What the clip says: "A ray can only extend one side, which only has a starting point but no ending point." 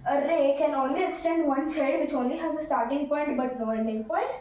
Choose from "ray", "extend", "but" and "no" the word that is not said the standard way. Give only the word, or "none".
no